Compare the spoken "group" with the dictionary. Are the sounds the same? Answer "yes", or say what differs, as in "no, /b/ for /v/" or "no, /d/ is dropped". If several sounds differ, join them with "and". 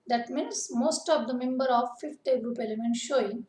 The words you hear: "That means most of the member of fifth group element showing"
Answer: yes